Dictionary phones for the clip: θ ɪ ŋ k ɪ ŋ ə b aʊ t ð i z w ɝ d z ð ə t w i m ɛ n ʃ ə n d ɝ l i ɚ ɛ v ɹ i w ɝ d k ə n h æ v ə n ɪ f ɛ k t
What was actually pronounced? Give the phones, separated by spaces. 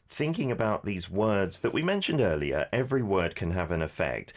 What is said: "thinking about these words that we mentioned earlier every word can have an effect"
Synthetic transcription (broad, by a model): θ ɪ ŋ k ɪ ŋ ə b aʊ t ð i z w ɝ d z ð ə t w i m ɛ n ʃ ə n d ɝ l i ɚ ɛ v ɹ i w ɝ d k ə n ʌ v ə n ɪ f ɛ k t